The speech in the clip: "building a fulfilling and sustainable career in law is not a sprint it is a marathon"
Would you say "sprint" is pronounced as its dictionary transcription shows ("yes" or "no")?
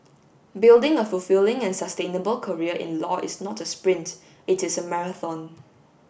yes